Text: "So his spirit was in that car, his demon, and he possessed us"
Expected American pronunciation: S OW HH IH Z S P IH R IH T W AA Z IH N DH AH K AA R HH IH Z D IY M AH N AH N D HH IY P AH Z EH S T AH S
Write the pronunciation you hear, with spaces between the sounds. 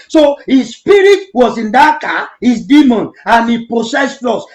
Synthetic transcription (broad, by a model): S OW HH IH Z S P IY R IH T W AA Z IH N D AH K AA HH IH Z D IY M AH N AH N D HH IY P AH S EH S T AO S